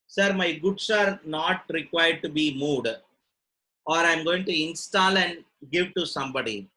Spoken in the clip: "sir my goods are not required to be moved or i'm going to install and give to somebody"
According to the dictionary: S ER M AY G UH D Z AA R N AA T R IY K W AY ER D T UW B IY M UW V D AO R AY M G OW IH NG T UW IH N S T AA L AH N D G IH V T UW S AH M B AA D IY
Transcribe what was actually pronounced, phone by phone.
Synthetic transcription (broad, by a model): S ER M AY G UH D S AA R N AA T R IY K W AY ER D T UW B IY M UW D AO R AY M G OW IH NG T UW IH N S T AA L AH N D G IH V T UW S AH M B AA D IY